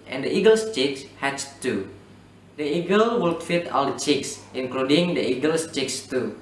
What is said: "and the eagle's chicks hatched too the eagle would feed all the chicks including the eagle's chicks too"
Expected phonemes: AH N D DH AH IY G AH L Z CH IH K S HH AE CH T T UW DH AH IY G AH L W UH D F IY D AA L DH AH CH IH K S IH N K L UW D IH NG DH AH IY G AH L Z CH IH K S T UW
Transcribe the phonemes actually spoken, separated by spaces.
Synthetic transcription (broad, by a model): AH N D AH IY G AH L S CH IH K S HH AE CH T T UW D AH IY G AH L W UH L F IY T AA L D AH CH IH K S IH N K L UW D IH NG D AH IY G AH L S CH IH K S T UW